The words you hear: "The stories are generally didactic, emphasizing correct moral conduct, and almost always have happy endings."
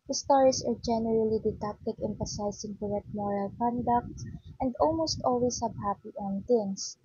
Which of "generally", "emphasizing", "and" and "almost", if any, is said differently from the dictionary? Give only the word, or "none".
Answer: emphasizing